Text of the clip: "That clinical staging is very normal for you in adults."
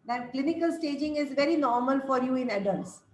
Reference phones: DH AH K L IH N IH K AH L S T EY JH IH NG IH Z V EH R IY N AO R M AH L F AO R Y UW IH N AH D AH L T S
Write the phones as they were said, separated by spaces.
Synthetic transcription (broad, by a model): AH K L IH N IH K AH L S T EY JH IH NG IH Z V EH R IY N AO R M AH L F AO R Y UW IH N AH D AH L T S